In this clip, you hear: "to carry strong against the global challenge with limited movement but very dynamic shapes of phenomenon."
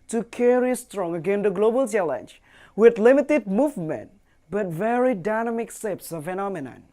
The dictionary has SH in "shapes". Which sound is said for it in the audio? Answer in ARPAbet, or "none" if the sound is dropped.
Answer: S